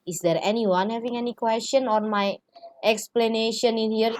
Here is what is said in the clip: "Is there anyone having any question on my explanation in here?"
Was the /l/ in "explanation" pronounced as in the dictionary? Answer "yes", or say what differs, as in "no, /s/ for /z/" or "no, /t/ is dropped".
yes